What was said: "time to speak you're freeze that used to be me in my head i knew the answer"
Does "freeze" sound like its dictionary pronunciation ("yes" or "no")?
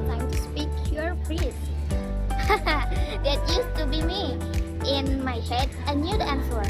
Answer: no